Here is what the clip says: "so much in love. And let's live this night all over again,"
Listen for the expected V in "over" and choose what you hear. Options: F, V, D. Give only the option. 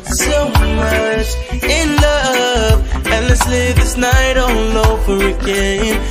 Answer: V